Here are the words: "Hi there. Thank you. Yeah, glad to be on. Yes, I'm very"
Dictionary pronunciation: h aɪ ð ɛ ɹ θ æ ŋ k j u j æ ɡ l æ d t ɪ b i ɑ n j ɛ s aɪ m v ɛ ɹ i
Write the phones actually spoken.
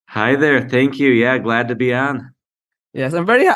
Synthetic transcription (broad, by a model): h aɪ ð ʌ ɹ θ æ ŋ k j u j æ ɡ l æ d t ɪ b i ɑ n j ɛ s aɪ m v ɛ ɹ i